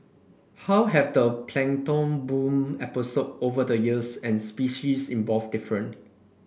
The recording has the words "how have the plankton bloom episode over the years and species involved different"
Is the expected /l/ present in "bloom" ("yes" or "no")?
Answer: no